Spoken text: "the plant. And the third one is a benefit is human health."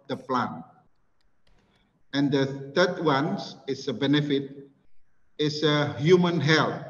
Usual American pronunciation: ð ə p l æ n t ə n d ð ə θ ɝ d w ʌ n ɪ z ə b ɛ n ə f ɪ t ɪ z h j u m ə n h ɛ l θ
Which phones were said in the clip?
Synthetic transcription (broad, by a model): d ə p l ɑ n ə n d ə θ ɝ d w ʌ n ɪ s ə b ɛ n ə f ɪ t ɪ s h j u m ə n h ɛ l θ